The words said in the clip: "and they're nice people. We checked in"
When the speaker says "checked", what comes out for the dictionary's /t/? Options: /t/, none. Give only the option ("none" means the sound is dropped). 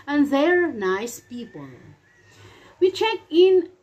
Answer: none